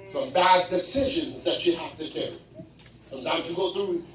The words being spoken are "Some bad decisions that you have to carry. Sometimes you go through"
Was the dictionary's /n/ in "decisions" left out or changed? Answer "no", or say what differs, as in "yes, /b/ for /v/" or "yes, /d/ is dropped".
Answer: no